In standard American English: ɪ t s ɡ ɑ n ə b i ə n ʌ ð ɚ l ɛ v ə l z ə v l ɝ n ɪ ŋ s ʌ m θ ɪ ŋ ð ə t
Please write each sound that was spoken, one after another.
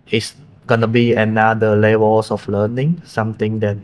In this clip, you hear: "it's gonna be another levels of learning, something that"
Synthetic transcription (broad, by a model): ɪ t s ɡ ɑ n ə b i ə n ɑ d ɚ l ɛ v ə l s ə f l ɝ n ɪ ŋ s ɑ m t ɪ ŋ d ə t